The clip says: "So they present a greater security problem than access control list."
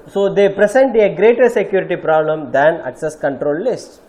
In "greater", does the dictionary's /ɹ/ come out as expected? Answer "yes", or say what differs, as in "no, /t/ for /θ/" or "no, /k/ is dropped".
yes